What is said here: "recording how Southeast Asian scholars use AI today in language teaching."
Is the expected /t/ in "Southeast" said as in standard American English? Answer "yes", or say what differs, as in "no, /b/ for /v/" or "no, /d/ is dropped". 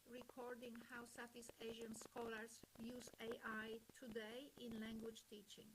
no, /t/ is dropped